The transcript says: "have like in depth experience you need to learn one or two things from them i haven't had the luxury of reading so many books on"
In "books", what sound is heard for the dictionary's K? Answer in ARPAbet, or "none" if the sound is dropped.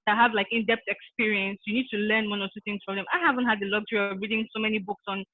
K